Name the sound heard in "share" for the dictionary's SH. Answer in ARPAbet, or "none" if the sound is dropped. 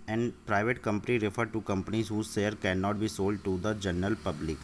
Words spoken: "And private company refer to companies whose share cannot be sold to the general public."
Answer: S